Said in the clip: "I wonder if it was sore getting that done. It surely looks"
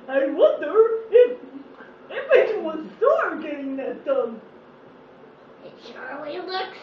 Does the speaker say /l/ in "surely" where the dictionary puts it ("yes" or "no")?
no